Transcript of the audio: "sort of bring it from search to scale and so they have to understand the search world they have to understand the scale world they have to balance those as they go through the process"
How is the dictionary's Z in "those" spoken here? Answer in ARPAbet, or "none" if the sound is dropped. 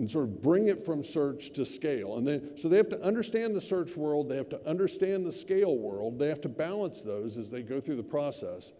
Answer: Z